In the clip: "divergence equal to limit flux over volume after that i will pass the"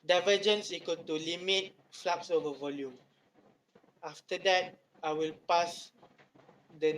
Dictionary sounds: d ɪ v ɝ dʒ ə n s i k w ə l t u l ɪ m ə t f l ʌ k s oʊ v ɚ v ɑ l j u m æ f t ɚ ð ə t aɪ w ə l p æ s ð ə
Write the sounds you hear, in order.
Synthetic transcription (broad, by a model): d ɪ v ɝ dʒ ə n s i k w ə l t u l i m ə t f l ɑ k s oʊ v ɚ v ɑ l j u m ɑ f t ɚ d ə t aɪ w ə l p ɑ s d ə